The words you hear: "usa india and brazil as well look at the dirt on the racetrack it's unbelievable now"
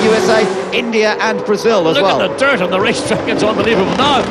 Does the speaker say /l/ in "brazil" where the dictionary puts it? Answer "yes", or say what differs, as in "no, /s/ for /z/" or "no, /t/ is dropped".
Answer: yes